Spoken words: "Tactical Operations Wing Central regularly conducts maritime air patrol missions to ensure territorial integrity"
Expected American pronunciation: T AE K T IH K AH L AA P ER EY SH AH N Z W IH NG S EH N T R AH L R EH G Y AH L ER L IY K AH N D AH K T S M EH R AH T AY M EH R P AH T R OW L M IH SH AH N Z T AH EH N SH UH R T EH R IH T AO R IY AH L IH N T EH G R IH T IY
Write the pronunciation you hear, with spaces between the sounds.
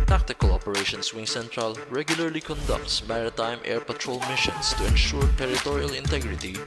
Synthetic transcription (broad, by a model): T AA K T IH K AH L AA P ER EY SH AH N S W IH NG S EH N T R AH L R EH G Y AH L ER L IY K AH N D AH K T S M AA R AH T AY M EH R P AH T R OW L M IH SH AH N S T AH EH N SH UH R T EH R IH T AO R IY AH L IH N T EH G R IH T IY